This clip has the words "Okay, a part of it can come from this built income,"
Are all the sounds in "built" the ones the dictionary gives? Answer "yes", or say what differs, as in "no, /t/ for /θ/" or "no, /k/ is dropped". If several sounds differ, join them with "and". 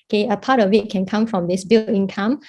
no, /t/ is dropped